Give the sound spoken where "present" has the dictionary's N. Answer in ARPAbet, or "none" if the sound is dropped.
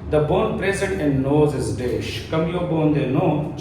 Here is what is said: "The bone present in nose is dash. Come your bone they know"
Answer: none